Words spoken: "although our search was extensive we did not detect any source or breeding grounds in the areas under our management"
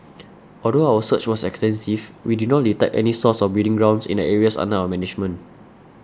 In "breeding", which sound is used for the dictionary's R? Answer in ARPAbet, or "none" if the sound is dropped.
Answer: none